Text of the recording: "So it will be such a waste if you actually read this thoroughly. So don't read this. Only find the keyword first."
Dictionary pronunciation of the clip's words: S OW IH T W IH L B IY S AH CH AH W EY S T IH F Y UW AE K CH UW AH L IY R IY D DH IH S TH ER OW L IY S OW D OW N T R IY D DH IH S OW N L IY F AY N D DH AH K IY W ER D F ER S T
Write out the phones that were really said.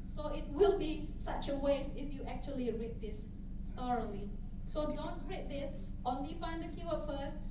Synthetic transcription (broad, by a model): S OW IH T W IH L B IY S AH CH AH W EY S IH F Y UW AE K CH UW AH L IY R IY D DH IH S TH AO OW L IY S OW D OW N T R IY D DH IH S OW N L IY F AY N D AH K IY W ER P F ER S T